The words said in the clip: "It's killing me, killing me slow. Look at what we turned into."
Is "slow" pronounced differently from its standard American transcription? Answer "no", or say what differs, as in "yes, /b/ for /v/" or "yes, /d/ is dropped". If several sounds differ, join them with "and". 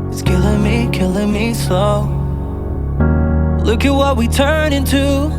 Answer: yes, /l/ is dropped